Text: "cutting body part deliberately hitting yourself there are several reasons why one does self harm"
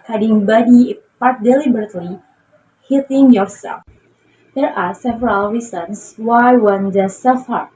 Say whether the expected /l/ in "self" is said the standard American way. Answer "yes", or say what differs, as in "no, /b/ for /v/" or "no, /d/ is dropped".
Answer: no, /l/ is dropped